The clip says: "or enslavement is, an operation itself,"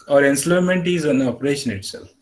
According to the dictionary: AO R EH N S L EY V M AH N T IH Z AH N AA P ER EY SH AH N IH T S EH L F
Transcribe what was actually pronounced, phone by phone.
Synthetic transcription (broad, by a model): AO R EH N S L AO M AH N T IH Z AH N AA P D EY SH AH N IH T S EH L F